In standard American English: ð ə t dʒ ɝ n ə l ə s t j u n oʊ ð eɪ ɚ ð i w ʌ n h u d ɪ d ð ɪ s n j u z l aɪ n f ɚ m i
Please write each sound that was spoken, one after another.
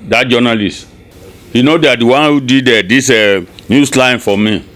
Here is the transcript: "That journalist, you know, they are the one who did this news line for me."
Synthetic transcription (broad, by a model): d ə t dʒ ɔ n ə l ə s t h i n oʊ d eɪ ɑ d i w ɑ n h u d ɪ d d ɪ s n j u s l aɪ n f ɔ m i